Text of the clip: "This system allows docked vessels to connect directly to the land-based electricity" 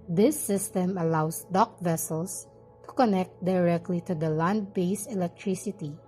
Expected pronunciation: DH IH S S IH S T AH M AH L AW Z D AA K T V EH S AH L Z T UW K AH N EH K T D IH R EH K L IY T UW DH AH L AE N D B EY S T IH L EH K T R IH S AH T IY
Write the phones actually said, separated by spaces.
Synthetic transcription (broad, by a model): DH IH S S IH S T AH M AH L AW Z D AA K V EH S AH L S T UW K AH N EH K T D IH R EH K L IY T UW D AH L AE N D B EY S IH L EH K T R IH S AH T IY